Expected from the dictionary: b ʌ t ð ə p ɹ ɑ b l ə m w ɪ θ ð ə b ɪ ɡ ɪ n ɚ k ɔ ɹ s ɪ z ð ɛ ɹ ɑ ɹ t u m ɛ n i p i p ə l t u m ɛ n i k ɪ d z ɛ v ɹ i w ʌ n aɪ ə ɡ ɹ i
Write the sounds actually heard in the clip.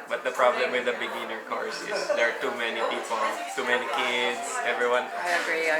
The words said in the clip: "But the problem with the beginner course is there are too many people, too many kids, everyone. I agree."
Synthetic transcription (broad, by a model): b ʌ t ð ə p ɹ ɑ b l ə m w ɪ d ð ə b ɪ ɡ ɪ n ɚ k ɔ ɹ s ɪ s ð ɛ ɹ ɑ ɹ t u m ɛ n i p i p ə l t u m ɛ n i k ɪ d s ɛ v ɹ i w ʌ n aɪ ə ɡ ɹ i